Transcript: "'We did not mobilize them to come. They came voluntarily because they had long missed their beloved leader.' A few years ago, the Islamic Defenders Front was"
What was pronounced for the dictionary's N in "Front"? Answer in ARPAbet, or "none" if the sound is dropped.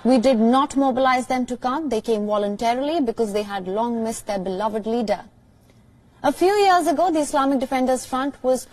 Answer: N